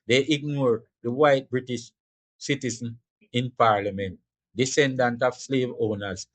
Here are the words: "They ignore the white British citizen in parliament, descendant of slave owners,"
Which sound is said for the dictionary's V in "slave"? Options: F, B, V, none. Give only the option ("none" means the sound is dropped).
V